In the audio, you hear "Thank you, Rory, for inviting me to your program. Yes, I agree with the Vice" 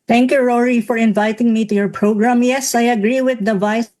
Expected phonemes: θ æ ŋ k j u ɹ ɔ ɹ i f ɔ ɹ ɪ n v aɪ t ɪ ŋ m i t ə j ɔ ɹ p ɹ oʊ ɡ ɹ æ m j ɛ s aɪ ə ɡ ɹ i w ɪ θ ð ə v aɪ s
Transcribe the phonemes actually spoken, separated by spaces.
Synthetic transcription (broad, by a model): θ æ ŋ k j u ɹ ɔ ɹ i f ɔ ɹ ɪ n v aɪ t ɪ ŋ m i t ə j ɔ ɹ p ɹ oʊ ɡ ɹ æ m j ɛ s aɪ ə ɡ ɹ i w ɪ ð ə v aɪ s